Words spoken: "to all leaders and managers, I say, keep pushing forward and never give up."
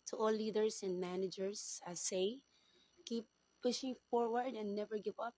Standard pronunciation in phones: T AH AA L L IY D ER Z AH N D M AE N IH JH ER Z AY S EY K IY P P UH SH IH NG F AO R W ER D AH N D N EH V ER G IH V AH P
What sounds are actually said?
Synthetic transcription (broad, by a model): T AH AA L L IY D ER S AH N D M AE N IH JH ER S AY S EY K IY P P UH SH IH NG F AO R W ER D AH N N EH V ER G IH V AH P